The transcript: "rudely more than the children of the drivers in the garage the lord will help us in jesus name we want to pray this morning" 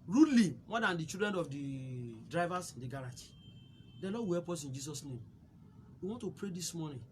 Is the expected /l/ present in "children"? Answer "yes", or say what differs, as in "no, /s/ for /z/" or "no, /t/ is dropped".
no, /l/ is dropped